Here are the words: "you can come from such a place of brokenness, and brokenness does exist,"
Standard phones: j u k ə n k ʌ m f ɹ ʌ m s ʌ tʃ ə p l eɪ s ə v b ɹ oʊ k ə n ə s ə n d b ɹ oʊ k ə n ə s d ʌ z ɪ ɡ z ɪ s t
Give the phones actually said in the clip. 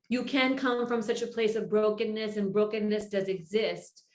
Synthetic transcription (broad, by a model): j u k ə n k ʌ m f ɹ ʌ m s ʌ tʃ ə p l eɪ s ə v b ɹ oʊ k ə n ə s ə n b ɹ oʊ k ə n ə s d ʌ z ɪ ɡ z ɪ s t